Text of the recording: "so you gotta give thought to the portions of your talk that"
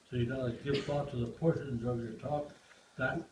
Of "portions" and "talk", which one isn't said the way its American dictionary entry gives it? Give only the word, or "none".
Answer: none